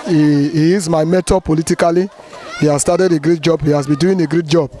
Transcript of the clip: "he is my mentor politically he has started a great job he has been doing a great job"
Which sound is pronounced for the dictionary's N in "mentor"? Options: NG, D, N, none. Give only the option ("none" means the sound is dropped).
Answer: none